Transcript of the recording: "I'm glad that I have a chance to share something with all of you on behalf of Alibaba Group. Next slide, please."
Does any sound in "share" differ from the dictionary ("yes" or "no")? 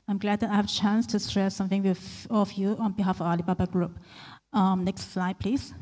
yes